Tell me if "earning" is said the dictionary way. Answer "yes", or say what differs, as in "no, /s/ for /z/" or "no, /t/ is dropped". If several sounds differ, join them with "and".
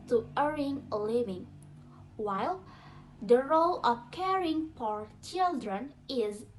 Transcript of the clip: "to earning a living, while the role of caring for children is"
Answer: no, /n/ is dropped